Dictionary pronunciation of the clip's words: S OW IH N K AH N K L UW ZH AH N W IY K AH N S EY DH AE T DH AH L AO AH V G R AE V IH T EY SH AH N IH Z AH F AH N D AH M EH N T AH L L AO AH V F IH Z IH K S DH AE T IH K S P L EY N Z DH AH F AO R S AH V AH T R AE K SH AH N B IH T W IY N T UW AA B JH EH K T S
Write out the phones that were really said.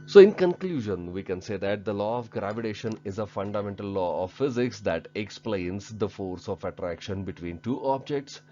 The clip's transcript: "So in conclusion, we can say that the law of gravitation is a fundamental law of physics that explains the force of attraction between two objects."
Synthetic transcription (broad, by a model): S OW IH N K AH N K L UW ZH AH N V IY K AH N S EY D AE T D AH L AO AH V G R AE V IH T EY SH AH N IH Z AH F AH N D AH M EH N T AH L L AO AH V F IH Z IH K S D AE T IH K S P L EY N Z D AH F AO R S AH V AH T R AE K SH AH N B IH T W IY N T UW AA B JH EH K T S